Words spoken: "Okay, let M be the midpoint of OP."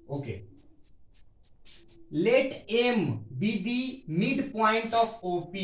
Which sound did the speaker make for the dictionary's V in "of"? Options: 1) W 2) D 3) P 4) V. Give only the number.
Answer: 3